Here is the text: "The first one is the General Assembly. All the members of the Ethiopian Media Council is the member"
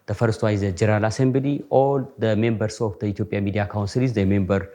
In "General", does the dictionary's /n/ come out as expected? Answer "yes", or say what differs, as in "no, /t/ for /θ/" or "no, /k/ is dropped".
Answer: no, /n/ is dropped